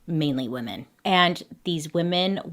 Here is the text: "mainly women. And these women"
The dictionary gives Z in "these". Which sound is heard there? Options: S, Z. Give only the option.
Z